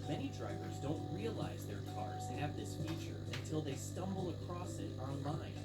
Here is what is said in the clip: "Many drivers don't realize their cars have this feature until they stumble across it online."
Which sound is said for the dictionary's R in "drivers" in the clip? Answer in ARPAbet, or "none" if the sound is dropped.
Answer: R